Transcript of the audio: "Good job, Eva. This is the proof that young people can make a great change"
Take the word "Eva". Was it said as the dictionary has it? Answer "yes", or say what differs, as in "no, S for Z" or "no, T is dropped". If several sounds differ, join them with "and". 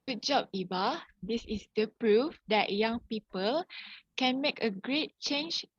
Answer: no, B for V